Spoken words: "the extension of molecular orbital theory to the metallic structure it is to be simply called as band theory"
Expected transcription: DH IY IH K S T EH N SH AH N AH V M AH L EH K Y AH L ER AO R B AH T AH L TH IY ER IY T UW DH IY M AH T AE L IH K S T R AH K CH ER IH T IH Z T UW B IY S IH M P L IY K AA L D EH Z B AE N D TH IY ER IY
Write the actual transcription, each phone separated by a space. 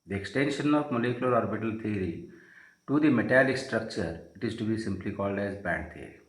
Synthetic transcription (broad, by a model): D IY IH K S T EH N SH AH N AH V M AH L EH K Y AH L ER AO R B AH T AH L T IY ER IY T UW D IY M AH T AE L IH K S T R AH K CH ER IH T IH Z T UW B IY S IH M P L IY K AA L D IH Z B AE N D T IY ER IY